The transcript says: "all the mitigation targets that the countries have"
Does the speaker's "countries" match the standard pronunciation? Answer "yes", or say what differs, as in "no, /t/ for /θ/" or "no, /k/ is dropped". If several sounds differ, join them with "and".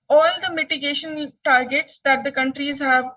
yes